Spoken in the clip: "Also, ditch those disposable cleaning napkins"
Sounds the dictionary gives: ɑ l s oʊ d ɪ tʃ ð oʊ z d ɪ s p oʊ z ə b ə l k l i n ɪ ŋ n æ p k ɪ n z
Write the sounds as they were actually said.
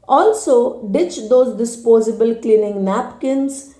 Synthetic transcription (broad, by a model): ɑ l s oʊ d ɪ tʃ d oʊ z d ɪ s p oʊ z ə b ə l k l i n ɪ ŋ n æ p k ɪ n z